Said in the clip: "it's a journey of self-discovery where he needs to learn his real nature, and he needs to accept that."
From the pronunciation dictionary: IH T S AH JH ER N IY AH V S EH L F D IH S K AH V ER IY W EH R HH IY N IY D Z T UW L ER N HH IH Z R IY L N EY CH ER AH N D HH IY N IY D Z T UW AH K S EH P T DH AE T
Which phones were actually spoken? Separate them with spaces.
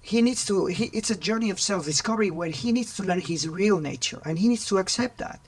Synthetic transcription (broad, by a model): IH T S AH JH ER N IY AH V S EH L F D IH S K AH V ER IY W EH L HH IY N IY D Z T UW L ER N HH IH Z R IY L N EY CH ER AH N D HH IY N IY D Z T UW AH K S EH P T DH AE T